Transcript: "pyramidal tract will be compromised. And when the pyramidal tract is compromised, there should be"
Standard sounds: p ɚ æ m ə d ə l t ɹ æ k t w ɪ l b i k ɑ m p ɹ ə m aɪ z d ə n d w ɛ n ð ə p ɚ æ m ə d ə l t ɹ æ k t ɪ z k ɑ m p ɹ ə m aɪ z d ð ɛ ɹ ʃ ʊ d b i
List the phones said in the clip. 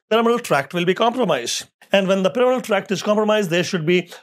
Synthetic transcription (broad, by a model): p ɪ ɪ m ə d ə l t ɹ æ k t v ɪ l b i k ɑ m p ɹ ə m aɪ z d ə n d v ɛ n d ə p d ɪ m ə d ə l t ɹ æ k t ɪ z k ɑ m p ɹ ə m aɪ z d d ɛ ɹ ʃ ʊ d b i